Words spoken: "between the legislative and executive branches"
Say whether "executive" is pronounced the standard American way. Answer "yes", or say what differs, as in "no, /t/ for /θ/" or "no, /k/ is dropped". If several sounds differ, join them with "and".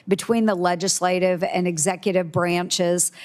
yes